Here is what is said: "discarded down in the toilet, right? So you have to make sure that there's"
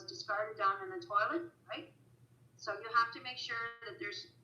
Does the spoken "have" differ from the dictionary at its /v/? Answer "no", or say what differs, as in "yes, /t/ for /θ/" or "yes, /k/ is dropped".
yes, /f/ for /v/